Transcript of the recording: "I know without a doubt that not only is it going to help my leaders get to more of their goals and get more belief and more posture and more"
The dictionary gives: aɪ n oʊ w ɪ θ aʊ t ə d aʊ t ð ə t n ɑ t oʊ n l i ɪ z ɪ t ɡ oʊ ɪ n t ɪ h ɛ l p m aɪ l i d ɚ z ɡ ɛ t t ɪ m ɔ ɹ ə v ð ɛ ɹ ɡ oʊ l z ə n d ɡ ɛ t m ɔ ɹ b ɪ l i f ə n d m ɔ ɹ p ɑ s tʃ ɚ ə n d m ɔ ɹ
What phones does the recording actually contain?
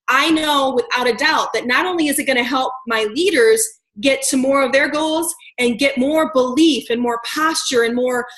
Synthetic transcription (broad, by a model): aɪ n oʊ w ɪ θ aʊ t ə d aʊ t ð ə t n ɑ t oʊ n l i ɪ z ɪ t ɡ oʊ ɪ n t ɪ h ɛ l p m aɪ l i d ɚ z ɡ ɛ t t ɪ m ɔ ɹ ə v ð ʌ ɹ ɡ oʊ l z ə n ɡ ɛ t m ɔ ɹ b ɪ l i f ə n m ɔ ɹ p ɑ s tʃ ɚ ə n m ɔ ɹ